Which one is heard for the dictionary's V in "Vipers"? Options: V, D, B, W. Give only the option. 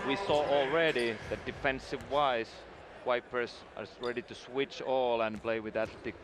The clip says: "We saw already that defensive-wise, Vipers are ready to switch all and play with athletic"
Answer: W